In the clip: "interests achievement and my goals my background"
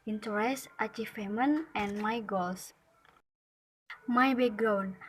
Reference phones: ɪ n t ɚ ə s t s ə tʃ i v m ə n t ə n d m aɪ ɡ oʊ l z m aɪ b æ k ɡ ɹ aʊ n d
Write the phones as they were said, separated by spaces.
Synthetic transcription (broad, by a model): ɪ n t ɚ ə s t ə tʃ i f m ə n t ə n m aɪ ɡ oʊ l s m aɪ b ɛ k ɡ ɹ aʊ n